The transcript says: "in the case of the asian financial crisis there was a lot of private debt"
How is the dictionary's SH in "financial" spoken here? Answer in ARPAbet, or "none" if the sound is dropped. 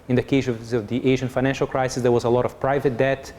SH